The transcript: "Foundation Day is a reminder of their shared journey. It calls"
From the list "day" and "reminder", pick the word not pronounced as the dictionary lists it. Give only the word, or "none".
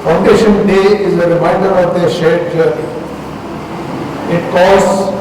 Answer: reminder